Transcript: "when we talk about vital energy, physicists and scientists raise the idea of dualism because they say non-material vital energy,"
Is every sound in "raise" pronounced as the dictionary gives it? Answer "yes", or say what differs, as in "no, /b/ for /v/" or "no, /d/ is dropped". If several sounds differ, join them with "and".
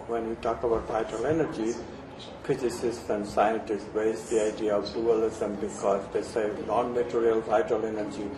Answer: no, /w/ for /ɹ/